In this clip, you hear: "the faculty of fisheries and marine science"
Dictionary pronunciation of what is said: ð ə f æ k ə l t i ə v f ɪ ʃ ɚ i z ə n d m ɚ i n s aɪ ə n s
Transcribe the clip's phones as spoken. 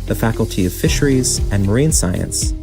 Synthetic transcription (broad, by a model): ð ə f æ k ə l t i ə v f ɪ ʃ ɚ i z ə n m ɚ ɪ n s aɪ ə n s